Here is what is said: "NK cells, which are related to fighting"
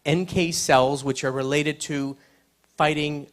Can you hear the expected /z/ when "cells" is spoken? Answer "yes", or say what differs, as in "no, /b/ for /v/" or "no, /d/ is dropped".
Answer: yes